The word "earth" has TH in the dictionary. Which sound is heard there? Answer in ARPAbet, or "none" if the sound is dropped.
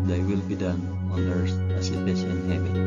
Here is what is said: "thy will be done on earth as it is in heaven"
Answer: S